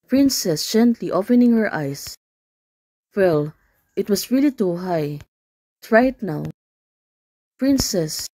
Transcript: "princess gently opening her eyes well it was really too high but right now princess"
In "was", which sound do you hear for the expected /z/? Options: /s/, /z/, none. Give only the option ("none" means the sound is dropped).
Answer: /s/